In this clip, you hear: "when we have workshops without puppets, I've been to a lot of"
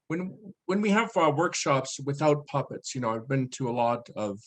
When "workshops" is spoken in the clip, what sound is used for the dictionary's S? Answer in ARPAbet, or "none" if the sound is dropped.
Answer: S